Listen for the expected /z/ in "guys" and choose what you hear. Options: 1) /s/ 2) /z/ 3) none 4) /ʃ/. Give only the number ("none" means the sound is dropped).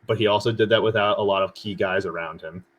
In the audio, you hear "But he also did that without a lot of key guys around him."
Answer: 2